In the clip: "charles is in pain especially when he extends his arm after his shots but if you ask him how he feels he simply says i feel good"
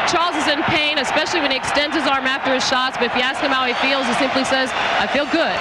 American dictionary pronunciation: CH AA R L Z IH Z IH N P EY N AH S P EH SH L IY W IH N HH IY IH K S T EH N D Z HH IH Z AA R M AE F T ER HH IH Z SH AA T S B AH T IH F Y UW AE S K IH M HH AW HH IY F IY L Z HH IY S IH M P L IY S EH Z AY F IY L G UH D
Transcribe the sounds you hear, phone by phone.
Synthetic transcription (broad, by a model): CH AA R L Z IH Z IH N P EY N AH S P EH SH L IY W IH N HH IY IH K S T EH N D Z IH Z AA R M AE F T ER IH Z SH AA T S B AH T IH F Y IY AE S K IH M HH AW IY F IY L Z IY S IH M P L IY S EH Z AY F IY L G UH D